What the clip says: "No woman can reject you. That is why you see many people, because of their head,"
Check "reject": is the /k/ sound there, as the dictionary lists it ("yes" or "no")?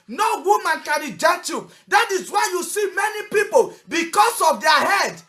no